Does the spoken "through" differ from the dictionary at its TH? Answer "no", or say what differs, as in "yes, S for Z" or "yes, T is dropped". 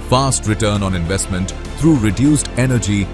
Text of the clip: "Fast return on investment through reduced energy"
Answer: yes, T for TH